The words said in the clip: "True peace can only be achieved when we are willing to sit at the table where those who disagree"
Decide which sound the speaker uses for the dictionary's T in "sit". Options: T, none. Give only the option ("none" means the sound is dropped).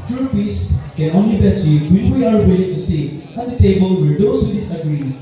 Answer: none